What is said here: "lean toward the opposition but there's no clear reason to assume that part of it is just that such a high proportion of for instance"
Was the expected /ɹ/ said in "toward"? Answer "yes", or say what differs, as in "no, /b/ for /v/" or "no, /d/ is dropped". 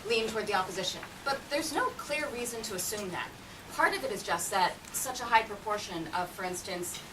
yes